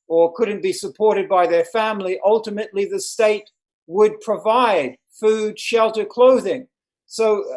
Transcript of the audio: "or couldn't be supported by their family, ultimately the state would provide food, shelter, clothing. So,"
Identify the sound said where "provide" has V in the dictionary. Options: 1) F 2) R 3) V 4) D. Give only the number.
3